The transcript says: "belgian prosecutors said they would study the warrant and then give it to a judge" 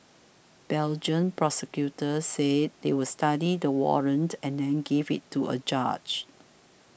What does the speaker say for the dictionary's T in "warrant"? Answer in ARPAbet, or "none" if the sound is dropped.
T